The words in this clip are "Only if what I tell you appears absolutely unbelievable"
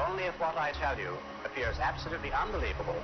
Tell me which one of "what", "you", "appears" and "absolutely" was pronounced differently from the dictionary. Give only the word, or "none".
none